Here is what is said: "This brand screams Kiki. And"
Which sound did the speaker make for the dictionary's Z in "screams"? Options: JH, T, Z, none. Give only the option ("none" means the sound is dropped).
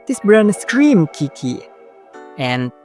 none